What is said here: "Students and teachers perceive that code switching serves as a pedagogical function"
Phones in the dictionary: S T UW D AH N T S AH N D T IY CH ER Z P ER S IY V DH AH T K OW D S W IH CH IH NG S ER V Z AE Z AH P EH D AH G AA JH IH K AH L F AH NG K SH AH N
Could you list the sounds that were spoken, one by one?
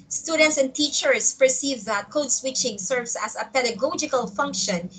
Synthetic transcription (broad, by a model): S T UW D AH N T S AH N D T IY CH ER S P ER S IY V DH AH T K OW D S W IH CH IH NG S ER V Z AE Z AH P EH D AH G AA JH IH K AH L F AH NG K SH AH N